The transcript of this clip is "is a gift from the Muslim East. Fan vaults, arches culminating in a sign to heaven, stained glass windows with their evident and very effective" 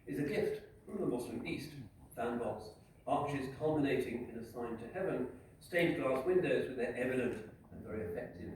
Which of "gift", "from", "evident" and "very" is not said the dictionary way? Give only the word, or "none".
none